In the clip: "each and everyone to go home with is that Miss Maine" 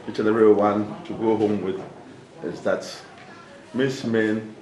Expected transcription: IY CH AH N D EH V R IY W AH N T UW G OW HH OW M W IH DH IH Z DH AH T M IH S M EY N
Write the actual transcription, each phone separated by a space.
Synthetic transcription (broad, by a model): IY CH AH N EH R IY W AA N T UW G OW HH OW M W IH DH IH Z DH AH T M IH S M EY N